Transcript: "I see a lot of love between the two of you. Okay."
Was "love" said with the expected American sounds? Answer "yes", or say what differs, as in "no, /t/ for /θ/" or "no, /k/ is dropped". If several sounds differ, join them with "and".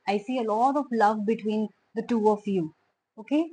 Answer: yes